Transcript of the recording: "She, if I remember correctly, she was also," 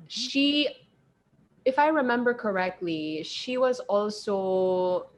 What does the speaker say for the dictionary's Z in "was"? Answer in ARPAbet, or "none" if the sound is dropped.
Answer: Z